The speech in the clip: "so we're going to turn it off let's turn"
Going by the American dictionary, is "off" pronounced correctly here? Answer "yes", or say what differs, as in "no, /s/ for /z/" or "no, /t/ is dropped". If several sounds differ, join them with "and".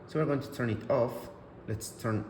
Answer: yes